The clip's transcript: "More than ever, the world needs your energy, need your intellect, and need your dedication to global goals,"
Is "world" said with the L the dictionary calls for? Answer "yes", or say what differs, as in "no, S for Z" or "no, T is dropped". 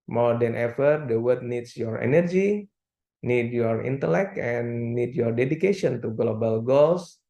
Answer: no, L is dropped